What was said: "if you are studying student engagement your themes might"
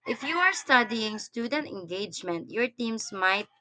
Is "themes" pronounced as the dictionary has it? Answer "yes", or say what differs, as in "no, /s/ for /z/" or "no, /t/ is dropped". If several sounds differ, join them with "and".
no, /t/ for /θ/ and /s/ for /z/